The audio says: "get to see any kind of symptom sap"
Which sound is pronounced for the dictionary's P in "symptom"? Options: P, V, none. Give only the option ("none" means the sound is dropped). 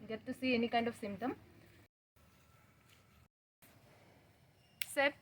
none